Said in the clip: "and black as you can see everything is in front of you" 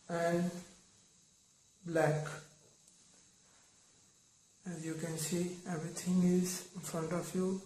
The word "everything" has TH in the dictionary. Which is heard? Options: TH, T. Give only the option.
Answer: T